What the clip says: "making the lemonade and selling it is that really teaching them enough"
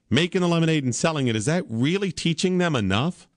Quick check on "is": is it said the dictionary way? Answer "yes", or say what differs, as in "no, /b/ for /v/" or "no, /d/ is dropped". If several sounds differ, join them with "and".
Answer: yes